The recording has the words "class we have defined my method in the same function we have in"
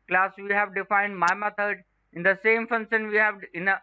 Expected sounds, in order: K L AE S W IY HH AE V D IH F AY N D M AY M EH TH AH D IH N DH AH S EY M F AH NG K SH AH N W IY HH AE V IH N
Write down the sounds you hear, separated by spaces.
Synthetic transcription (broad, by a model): K L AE S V IY HH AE V D IH F AY N D M AY M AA T AH D IH N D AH S EY M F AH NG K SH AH N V IY HH AE V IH N